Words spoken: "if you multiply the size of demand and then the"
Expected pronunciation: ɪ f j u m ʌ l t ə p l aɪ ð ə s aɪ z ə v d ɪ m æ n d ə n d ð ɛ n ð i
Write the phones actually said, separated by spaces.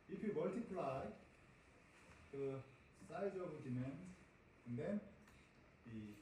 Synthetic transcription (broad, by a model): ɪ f j u m ʌ l t ə p l aɪ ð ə s aɪ z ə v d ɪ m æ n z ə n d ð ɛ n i